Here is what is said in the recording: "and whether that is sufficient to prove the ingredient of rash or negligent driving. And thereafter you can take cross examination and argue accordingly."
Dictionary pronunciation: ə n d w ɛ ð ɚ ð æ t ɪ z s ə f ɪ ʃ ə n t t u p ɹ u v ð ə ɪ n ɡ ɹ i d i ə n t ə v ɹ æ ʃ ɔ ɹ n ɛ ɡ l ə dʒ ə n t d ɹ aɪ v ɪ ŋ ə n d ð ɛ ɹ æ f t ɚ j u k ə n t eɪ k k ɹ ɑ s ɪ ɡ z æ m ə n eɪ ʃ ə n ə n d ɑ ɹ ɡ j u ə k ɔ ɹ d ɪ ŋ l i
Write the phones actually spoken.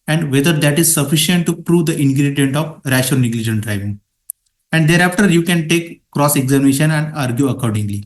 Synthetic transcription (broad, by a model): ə n d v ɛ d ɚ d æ t ɪ z s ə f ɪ ʃ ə n t t u p ɹ u v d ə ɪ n ɡ ɹ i d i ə n t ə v ɹ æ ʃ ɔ l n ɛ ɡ l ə dʒ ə n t d ɹ aɪ v ɪ ŋ ə n d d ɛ ɹ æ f t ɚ j u k ə n t eɪ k k ɹ ɑ s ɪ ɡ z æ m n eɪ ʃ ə n ə n d ɑ ɹ ɡ j u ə k ɔ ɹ d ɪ ŋ l i